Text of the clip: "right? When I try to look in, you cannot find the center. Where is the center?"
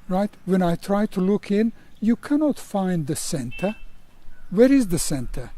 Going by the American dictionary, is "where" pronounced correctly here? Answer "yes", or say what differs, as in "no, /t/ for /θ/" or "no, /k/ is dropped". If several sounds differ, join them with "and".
yes